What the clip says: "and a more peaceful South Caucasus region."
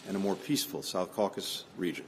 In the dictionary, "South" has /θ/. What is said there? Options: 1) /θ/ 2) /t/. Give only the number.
1